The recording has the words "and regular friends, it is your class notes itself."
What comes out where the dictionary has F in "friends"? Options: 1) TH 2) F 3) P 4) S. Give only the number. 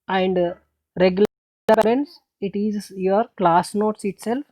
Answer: 3